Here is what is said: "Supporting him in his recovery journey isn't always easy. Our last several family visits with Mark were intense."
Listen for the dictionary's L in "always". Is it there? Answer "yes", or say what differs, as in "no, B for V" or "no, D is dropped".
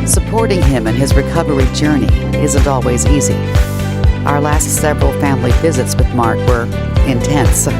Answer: yes